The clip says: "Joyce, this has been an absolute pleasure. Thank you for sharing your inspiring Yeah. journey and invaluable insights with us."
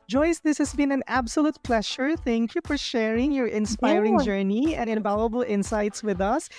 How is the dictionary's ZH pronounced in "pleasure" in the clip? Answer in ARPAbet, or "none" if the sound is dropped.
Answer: SH